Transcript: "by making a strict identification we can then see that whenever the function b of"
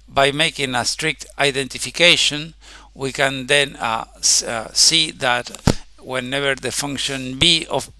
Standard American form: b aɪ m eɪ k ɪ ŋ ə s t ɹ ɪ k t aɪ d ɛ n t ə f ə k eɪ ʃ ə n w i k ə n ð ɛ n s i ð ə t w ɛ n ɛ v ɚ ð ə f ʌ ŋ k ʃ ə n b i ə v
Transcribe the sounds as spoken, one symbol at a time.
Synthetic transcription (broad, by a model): b aɪ m eɪ k ɪ ŋ ə s t ɹ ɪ k t aɪ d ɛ n t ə f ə k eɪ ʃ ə n w i k ə n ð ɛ n s i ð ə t w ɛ n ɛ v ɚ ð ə f ʌ ŋ k ʃ ə n b i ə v